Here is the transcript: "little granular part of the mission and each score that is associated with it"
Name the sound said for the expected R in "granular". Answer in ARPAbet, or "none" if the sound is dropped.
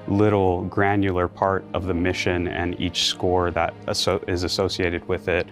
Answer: R